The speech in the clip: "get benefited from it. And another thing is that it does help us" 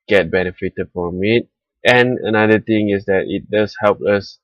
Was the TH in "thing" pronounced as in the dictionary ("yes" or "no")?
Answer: no